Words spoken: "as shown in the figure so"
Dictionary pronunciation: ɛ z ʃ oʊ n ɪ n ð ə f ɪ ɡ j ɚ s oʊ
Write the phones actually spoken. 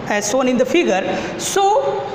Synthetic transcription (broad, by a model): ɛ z s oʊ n ɪ n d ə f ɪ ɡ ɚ s oʊ